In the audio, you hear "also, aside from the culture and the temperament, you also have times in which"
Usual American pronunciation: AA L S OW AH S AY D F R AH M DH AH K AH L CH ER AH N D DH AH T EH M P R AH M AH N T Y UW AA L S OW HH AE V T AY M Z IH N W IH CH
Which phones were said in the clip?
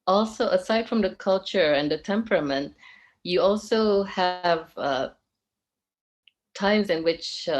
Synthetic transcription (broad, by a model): AA L S OW AH S AY D F R AH M DH AH K AH L CH ER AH N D DH AH T EH M P R AH M AH N T Y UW AA L S OW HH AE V T AY M Z IH N W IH CH